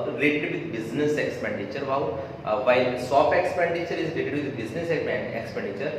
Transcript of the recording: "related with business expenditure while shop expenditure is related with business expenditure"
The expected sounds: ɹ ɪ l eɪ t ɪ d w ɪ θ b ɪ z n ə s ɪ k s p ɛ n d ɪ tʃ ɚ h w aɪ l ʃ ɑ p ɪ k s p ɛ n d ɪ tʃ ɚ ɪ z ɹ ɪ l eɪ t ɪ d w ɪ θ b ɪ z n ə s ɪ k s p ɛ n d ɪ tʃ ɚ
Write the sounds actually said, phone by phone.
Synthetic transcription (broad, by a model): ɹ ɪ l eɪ t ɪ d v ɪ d b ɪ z n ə s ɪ k s p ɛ n d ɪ tʃ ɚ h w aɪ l s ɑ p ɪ k s p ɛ n d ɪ tʃ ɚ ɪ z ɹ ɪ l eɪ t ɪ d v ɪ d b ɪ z n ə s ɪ k s p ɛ n d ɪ tʃ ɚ